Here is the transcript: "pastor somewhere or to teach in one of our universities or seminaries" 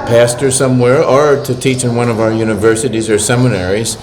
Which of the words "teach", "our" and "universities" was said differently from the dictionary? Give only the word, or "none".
none